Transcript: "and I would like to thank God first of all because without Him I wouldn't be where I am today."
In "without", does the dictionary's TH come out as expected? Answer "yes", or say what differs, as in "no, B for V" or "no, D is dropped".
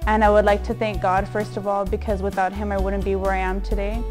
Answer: yes